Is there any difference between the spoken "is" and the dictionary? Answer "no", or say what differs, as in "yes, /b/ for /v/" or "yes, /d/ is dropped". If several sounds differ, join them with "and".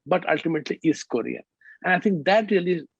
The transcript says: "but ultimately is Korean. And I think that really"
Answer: yes, /s/ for /z/